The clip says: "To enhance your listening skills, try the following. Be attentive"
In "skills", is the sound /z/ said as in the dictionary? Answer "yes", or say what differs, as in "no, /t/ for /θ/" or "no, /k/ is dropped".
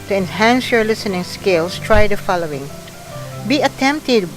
no, /s/ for /z/